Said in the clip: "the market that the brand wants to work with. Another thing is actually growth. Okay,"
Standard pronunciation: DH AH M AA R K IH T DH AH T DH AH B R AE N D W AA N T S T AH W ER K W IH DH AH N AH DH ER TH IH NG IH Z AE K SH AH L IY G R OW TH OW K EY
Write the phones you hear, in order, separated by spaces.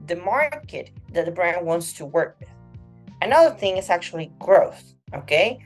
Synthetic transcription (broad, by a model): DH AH M AA R K IH T DH AH T DH AH B R AE N D W AA N T S T AH W ER K W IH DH AH N AH DH ER TH IH NG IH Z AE K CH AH L IY G R OW TH OW K EY